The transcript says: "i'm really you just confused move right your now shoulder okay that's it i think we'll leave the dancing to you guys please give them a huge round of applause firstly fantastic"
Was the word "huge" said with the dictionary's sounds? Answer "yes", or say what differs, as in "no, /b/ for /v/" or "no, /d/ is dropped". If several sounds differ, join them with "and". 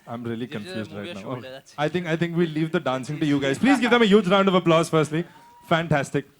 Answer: yes